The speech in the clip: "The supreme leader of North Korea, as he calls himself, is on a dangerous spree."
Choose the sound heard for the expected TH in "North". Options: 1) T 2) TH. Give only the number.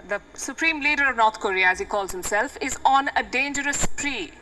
1